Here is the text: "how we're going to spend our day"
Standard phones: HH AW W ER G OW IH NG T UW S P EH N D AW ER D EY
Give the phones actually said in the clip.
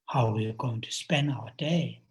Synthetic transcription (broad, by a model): HH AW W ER G OW IH NG T UW S P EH N AW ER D EY